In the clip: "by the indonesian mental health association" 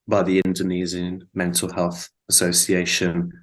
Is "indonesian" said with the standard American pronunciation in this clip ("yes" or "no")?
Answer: no